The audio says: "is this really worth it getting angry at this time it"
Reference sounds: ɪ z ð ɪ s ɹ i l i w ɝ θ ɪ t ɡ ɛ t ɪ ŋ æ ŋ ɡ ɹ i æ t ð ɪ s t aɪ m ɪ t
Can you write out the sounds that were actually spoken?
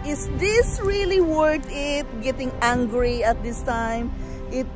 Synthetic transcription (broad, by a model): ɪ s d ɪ s ɹ i l i w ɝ t ɪ t ɡ ɛ t ɪ ŋ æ ŋ ɡ ɹ i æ t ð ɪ s t aɪ m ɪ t